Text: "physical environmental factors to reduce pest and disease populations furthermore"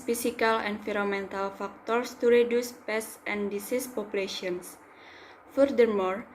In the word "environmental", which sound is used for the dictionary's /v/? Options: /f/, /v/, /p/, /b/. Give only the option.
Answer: /f/